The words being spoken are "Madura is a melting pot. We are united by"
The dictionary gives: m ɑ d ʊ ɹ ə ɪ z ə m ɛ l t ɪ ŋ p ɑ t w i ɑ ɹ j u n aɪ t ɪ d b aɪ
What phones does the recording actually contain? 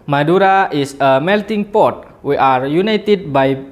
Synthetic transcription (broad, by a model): m ɑ d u ɹ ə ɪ s ə m ɛ l t ɪ ŋ p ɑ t w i ɑ ɹ j u n aɪ t ɪ d b aɪ